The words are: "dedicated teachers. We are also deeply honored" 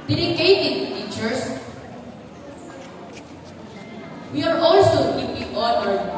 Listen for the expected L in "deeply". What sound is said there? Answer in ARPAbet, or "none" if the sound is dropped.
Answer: none